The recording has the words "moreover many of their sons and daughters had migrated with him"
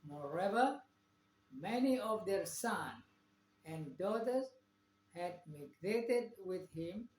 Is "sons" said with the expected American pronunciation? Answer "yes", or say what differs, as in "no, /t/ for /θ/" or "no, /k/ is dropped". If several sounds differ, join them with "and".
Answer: no, /z/ is dropped